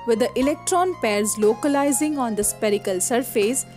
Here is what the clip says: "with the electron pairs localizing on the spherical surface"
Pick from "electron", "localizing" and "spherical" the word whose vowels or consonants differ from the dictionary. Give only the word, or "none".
spherical